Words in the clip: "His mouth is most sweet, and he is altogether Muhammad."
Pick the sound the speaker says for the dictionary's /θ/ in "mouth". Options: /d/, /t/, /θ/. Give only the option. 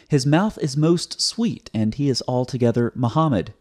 /θ/